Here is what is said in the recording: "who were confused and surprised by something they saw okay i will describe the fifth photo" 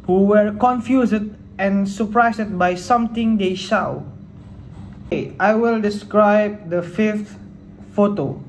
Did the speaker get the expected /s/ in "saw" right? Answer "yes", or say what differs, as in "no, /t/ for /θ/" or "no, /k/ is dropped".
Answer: no, /ʃ/ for /s/